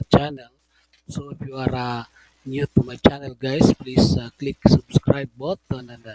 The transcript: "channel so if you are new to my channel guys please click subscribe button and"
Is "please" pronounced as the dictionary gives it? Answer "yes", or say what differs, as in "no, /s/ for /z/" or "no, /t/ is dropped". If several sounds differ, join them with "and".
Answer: no, /s/ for /z/